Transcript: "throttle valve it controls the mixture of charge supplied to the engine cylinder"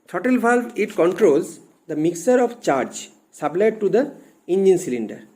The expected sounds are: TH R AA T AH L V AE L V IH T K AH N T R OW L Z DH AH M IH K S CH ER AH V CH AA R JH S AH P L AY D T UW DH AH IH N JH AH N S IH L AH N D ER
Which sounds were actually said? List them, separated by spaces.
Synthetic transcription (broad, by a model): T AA T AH L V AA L IH T K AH N T R OW L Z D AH M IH K S ER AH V CH AA R JH S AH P L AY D T UW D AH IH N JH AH N S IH L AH N D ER